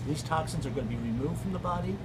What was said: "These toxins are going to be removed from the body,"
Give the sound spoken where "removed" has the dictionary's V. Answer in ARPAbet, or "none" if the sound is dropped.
V